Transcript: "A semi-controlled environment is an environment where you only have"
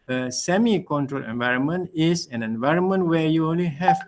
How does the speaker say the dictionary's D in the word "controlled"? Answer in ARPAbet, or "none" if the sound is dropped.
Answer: none